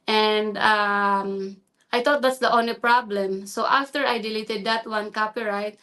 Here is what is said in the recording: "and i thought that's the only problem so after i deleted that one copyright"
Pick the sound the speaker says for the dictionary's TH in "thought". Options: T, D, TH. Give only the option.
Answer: T